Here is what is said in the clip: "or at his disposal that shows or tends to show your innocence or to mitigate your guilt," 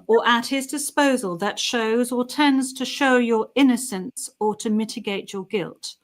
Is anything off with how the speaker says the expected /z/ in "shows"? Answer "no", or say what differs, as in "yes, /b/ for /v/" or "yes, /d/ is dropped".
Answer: no